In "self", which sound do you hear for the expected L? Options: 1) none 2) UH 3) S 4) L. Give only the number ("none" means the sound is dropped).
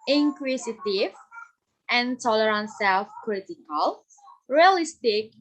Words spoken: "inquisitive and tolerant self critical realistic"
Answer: 4